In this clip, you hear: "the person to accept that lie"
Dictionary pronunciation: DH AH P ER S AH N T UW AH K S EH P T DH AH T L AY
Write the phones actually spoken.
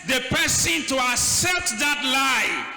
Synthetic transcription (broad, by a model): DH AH P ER S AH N T UW AH K S EH P T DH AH T L AY